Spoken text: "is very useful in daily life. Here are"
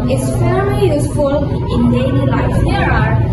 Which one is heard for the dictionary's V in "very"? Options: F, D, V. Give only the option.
F